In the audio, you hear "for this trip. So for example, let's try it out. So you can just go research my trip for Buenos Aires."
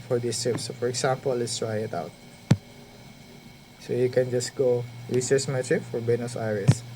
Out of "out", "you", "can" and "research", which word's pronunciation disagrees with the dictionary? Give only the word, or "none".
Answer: research